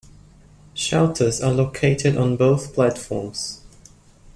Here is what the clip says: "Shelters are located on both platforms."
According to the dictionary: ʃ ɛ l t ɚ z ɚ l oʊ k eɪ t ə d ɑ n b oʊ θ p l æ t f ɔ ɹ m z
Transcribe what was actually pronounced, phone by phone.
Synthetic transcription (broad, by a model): ʃ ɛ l t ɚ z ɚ l oʊ k eɪ t ə d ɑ n b oʊ θ p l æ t f ɔ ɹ m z